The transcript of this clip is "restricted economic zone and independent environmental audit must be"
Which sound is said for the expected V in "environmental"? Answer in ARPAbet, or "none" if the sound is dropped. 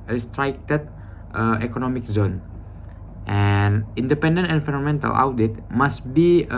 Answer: F